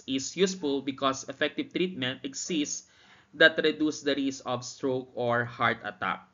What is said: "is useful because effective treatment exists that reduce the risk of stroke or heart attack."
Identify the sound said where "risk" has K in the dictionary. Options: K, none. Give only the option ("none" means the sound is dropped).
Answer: none